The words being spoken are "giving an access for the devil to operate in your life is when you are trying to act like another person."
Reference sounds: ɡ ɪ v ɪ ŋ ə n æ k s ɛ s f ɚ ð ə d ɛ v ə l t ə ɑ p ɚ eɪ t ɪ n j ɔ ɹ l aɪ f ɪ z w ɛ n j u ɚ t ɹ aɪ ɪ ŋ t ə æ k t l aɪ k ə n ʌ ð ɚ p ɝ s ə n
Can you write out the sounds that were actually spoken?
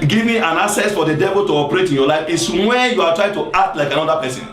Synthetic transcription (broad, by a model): ɡ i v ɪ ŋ ə n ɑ s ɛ s f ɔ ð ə d ɛ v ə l t ə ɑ p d eɪ t ɪ n j ɔ l aɪ f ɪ s w ɛ n j u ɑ t ɹ aɪ ɪ ŋ t ə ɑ k t l aɪ k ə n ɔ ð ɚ p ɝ s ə n